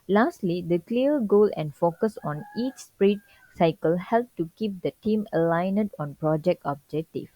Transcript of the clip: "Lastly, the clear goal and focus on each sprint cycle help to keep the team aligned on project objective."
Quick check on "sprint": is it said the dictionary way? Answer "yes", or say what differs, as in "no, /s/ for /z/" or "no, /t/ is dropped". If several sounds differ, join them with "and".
no, /n/ is dropped